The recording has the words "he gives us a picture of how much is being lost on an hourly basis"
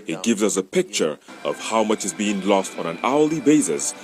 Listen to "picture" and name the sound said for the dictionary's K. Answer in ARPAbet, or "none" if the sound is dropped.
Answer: K